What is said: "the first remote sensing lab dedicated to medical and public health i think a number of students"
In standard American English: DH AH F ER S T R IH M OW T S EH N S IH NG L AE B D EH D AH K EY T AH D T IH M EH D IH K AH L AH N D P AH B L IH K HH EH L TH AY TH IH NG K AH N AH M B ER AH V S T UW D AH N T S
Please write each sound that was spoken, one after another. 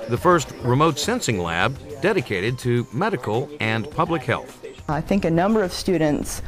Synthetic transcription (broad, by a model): DH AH F ER S T R IH M OW T S EH N S IH NG L AE B D EH D AH K EY T AH D T IH M EH D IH K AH L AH N P AH B L IH K HH EH L TH AY TH IH NG K AH N AH M B ER AH V S T UW D N T S